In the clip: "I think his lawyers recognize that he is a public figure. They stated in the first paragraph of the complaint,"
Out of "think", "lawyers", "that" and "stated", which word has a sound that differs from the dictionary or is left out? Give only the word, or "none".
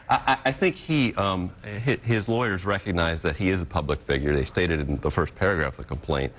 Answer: none